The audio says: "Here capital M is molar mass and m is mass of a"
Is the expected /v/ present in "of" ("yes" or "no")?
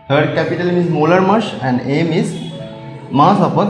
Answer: no